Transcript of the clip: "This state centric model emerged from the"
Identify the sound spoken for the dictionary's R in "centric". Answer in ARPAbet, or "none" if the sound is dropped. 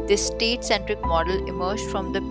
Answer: R